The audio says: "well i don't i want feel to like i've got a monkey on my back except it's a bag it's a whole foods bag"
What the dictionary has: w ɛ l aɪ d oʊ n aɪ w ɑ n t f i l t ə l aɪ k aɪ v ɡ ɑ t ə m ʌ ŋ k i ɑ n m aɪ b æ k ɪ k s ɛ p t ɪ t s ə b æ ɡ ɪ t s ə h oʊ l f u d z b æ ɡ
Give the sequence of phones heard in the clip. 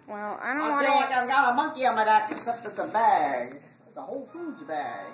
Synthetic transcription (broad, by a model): w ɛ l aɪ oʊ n aɪ f i l l aɪ k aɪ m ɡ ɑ ə m ʌ ŋ k i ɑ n m aɪ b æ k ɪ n s ɛ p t ɪ t s ə b æ ɡ ɪ t s ə h oʊ l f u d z b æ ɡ